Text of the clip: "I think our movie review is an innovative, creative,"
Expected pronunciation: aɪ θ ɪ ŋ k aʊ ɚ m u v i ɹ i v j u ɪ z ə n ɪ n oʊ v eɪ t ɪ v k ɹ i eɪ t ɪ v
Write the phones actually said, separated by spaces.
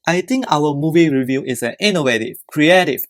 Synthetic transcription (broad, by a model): aɪ t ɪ ŋ k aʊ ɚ m u v i ɹ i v j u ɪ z ə n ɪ n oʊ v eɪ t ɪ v k ɹ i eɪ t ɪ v